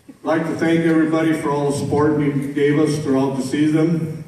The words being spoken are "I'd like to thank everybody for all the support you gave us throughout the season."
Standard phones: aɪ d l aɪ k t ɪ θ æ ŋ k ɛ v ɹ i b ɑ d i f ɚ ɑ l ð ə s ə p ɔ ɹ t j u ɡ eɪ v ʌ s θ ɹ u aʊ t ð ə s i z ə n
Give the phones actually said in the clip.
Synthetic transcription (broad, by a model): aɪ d l aɪ k t ɪ θ æ ŋ k ɛ v ɹ i b ɑ d i f ɚ ɑ l ð ə s ə p ɔ ɹ t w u ɡ eɪ v ʌ s f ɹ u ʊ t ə s i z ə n